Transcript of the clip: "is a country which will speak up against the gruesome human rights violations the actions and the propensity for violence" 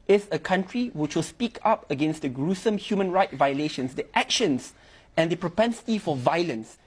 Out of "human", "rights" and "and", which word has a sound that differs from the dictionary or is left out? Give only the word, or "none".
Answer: rights